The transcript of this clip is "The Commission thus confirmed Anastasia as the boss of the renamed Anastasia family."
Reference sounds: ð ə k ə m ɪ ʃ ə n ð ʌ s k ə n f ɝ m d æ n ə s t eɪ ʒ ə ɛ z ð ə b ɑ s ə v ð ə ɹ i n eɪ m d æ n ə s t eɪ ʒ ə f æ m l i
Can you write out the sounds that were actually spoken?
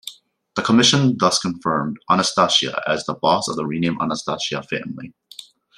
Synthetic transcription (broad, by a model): ð ə k ə m ɪ ʃ ə n ð ʌ s k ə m f ɝ m d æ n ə s t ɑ ʃ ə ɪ z ð ə b ɑ s ə v ð ə ɹ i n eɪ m æ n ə s t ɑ ʃ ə f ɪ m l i